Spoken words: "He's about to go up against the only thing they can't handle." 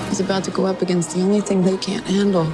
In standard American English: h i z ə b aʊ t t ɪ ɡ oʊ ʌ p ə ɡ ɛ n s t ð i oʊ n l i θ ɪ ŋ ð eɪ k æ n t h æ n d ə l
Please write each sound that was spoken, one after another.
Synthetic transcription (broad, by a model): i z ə b aʊ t t ɪ ɡ oʊ ʌ p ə ɡ ɛ n s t ð i oʊ n l i θ ɪ ŋ ð eɪ k æ n t h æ n d l